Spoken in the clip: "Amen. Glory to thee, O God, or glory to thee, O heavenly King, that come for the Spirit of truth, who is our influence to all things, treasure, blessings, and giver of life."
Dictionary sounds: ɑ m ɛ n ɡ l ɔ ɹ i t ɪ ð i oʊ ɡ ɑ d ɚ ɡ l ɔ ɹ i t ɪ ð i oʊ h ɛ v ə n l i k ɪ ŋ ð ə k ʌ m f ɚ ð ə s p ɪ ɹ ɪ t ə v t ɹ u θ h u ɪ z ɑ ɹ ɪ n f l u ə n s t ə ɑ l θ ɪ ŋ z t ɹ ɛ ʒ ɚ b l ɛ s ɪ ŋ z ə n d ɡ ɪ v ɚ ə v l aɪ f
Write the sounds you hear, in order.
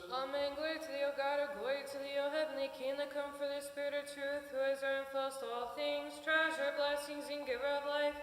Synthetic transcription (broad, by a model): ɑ m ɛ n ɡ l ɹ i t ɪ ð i oʊ ɡ ɑ d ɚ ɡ w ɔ i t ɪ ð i oʊ h ɛ v ə n l i k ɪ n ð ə k ʌ m f ɚ ð ə s p ɪ ɹ ɪ t ə v t ɹ u θ h u ɪ z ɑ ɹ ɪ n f u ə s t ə ɑ l θ ɪ ŋ z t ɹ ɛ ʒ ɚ b l ɛ s ɪ ŋ z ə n ɡ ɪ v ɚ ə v l aɪ f